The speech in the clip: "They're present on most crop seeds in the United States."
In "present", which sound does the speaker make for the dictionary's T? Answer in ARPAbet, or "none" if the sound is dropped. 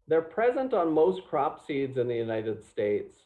T